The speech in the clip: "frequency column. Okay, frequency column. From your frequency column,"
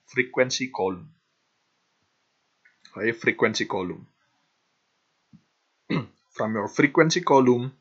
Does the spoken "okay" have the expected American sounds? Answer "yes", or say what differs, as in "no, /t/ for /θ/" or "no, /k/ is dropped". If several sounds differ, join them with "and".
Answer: no, /k/ is dropped